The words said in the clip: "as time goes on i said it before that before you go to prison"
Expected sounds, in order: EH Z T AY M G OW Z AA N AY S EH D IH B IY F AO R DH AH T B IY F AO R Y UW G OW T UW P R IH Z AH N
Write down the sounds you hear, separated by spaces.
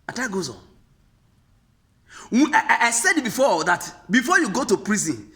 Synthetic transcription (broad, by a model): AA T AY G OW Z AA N AY S EH D B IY F AO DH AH T B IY F AO Y UW G OW T UW P R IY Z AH N